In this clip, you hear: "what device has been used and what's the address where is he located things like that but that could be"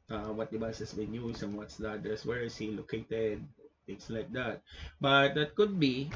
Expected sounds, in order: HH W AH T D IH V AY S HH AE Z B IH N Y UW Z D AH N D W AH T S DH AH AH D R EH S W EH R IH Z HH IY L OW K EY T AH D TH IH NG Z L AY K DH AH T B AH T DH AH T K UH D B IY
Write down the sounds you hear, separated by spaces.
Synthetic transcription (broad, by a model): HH W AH T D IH B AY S HH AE S B IH N Y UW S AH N W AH T S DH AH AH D EH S W EH R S HH IY L OW K EY T AH D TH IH NG S L AY K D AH T B AH T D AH T K UH D B IY